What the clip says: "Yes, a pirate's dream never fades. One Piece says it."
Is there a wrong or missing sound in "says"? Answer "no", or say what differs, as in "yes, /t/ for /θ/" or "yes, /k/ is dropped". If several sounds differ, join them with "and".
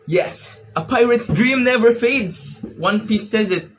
no